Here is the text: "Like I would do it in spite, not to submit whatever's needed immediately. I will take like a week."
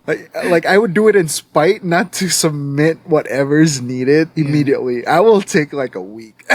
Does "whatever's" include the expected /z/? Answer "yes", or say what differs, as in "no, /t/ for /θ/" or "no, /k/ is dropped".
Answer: yes